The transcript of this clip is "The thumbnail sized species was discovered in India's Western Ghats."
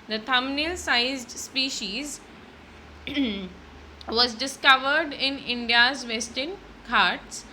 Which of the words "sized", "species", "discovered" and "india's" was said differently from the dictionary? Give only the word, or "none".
none